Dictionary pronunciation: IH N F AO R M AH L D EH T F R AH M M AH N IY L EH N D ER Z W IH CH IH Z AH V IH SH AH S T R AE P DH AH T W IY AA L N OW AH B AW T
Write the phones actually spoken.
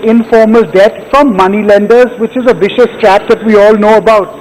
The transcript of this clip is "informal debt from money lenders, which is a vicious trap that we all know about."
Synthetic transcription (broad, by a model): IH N F AO R M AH L D EH T F R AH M M AH N IY L EH N D ER Z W IH CH IH Z AH V IH SH AH S T R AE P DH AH T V IY AA L N OW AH B AW T